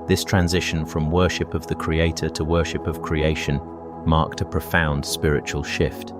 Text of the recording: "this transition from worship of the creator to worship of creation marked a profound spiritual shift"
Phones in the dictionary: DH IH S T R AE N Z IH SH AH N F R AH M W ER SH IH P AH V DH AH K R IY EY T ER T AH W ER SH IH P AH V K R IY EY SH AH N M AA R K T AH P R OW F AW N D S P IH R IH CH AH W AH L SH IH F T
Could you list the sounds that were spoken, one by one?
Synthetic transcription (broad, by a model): DH IH S T R AE N Z IH SH AH N F R AH M W ER SH IH P AH V DH AH K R IY EY T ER T AH W ER SH IH P AH V K R IY EY SH AH N M AA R K T AH P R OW F AW N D S P IH R IH CH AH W AH L SH IH F T